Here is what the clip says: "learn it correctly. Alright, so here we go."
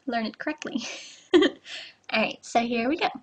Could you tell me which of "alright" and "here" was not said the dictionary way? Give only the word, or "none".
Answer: alright